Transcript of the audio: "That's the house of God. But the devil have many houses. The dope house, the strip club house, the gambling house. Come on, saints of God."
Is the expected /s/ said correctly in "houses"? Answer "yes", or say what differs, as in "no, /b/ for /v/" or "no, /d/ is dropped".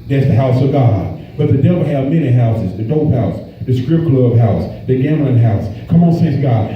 yes